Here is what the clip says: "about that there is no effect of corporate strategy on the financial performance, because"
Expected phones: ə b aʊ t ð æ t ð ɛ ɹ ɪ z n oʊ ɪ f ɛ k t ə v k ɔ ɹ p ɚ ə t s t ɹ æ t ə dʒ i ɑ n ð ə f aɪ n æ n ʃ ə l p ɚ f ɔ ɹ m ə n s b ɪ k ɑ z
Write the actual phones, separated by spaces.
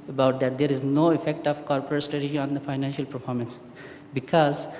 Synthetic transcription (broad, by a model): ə b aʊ t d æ t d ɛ ɹ ɪ z n oʊ ɪ f ɛ k t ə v k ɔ ɹ p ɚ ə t s t ɹ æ t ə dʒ i ɑ n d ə f aɪ n æ n ʃ ə l p ɚ f ɔ ɹ m ə n s b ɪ k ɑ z